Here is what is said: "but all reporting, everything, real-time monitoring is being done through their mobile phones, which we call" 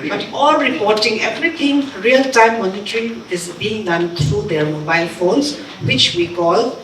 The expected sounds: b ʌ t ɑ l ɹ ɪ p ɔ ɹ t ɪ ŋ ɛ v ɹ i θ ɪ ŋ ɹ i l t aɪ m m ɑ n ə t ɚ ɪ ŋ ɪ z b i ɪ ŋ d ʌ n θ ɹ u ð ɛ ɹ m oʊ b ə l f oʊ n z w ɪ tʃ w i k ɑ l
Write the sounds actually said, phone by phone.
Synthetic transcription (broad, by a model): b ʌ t ɑ l ɹ ɪ p ɔ ɹ t ɪ ŋ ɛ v ɹ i t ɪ ŋ ɹ i l t aɪ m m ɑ n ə t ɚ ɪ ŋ ɪ z b i ɪ ŋ d ʌ n t ɹ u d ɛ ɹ m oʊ b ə l f oʊ n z w ɪ tʃ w i k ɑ l